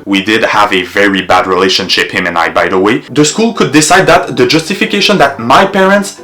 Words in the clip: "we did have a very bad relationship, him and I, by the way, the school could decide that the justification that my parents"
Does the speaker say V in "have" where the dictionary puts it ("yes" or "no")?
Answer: yes